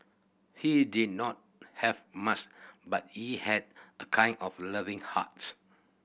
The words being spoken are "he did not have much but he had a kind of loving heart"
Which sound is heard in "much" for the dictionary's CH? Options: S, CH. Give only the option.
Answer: S